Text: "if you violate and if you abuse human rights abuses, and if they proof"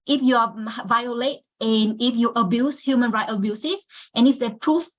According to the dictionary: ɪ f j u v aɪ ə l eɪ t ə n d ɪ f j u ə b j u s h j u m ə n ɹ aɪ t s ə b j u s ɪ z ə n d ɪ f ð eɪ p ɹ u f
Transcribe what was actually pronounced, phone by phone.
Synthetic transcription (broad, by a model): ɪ f j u v aɪ ə l eɪ t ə n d ɪ f j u ə b j u s h j u m ə n ɹ aɪ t ə b j u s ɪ s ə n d ɪ f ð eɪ p ɹ u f